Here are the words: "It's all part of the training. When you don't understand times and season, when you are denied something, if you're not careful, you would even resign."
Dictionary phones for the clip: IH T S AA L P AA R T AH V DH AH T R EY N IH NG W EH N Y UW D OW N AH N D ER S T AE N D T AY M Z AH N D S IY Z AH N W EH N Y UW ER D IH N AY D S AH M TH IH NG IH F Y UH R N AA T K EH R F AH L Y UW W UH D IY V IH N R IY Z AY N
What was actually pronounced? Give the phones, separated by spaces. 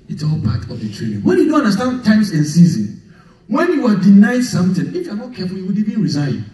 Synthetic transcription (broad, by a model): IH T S AA L P AA T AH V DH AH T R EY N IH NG W EH N Y UW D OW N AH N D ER S T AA N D T AY M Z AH N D S IY Z AH N W EH N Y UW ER D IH N AY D S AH M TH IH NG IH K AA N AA K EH F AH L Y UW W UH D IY B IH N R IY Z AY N